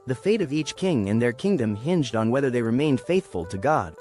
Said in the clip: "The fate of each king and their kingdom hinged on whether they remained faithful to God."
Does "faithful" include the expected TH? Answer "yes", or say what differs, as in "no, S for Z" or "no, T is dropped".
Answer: yes